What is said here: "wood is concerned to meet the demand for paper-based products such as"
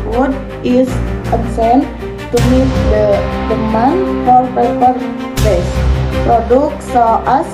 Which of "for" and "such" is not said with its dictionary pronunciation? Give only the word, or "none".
such